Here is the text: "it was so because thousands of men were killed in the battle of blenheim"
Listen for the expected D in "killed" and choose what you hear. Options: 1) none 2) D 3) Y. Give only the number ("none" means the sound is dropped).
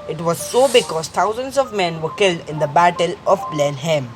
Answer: 2